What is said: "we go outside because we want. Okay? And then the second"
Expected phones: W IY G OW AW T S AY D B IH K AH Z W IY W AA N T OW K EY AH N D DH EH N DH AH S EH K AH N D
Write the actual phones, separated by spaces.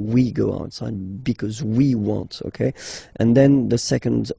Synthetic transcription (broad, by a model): W IY G OW AW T S AY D B IH K AH Z W IY W AA N T OW K EY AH N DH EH N DH AH S EH K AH N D